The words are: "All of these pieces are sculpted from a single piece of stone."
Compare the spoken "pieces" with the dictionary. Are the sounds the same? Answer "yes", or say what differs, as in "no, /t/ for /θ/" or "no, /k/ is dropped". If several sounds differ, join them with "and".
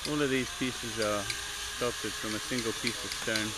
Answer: yes